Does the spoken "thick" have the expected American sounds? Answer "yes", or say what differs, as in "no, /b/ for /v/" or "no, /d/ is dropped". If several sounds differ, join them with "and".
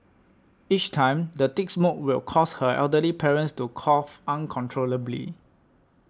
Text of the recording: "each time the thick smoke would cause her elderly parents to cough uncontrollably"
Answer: no, /t/ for /θ/